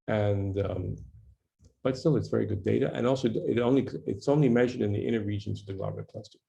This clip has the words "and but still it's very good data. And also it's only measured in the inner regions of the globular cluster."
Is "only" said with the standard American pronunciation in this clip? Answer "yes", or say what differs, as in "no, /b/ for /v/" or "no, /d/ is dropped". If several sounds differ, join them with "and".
yes